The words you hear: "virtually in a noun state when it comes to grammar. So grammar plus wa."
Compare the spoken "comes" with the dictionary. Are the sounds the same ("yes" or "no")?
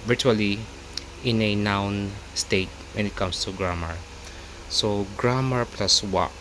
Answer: no